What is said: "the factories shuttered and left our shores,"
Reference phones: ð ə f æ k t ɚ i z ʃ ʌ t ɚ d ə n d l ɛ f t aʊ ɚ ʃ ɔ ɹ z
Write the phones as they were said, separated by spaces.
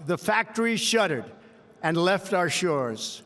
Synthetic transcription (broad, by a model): ð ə f æ k t ɚ i ʃ ʌ t ɚ d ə n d l ɛ f t aʊ ɚ ʃ ɔ ɹ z